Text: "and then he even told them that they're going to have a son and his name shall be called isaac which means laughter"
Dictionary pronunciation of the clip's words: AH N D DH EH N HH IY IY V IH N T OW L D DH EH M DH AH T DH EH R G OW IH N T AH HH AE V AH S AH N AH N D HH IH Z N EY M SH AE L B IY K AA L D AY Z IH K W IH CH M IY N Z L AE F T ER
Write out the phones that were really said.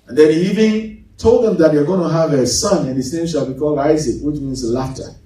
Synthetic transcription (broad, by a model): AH N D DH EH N HH IY IY V IH N T OW L D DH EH M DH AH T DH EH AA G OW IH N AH HH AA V AH S AH N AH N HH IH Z N EY M SH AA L B IY K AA L AY Z IH K W IH CH M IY N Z L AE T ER